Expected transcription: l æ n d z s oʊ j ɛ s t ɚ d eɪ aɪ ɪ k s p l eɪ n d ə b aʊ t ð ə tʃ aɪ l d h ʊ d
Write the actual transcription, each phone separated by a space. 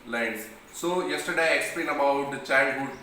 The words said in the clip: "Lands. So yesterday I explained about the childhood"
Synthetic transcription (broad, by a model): l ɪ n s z s oʊ j ɛ s t ɚ d eɪ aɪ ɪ k s p l eɪ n ə b aʊ t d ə tʃ aɪ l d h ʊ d